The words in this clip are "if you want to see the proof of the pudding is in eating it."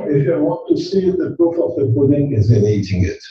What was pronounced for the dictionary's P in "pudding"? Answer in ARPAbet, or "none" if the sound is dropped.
B